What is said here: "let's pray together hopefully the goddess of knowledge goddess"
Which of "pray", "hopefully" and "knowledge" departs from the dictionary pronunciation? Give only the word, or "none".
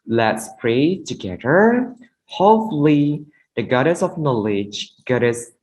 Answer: hopefully